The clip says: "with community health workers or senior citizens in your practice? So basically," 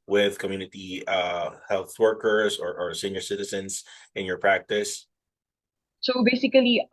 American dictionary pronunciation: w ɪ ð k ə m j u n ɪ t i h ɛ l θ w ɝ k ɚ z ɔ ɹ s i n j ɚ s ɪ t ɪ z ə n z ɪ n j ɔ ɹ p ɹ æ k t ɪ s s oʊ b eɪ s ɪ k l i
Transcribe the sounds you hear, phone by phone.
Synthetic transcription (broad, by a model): w ɪ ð k ə m j u n ɪ t i h ɛ l θ w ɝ k ɚ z ɔ ɹ s i n j ɚ s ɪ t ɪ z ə n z ɪ n j ɔ ɹ p ɹ æ k t ɪ s s oʊ b eɪ s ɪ k l i